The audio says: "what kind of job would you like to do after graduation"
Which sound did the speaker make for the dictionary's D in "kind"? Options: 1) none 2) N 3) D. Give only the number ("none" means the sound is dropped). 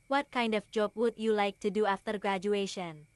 3